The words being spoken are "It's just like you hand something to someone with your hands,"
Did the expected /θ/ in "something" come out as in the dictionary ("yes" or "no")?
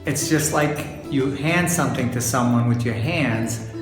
yes